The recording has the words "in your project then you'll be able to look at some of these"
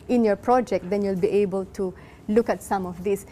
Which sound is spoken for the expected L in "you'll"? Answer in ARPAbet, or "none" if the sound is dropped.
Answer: L